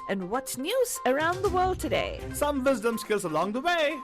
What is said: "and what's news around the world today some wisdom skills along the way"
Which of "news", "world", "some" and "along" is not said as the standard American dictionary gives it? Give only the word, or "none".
none